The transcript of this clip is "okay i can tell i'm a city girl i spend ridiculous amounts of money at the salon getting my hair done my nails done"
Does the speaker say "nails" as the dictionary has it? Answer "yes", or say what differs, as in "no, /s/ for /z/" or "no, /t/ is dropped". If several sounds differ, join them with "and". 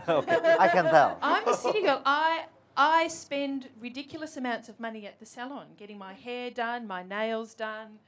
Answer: yes